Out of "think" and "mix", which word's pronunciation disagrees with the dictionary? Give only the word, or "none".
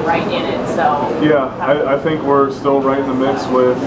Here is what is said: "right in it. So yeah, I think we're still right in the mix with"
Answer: none